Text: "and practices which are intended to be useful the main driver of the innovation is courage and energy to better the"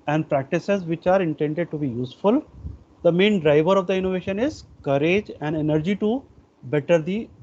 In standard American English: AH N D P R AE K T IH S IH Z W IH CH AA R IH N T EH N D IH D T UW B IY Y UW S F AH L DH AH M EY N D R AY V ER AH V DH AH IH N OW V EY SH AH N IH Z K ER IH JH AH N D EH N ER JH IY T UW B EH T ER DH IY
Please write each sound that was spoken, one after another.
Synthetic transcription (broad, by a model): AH N D P R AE K T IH S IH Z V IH CH AA R IH N T EH N D IH D T UW B IY Y UW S F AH L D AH M EY N D R AY V ER AH V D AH IH N OW V EY SH AH N IH Z K ER IH JH AH N D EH N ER JH IY T UW B EH T ER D IY